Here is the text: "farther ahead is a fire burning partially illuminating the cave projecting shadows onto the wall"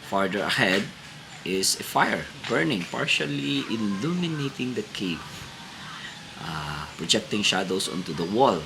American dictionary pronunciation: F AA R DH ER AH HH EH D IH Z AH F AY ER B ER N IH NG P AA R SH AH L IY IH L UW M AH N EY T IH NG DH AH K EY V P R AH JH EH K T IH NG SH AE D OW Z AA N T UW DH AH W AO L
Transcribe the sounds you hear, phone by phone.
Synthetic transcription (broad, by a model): F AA R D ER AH HH EH D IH S AH F AY ER B ER N IH NG P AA R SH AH L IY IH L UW M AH N EY T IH NG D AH K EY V P R AH JH EH K T IH NG SH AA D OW S AA N T UW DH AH W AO L